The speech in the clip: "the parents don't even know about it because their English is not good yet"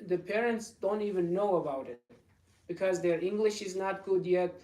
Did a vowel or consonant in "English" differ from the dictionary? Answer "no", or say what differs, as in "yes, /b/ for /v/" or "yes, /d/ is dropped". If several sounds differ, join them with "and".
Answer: no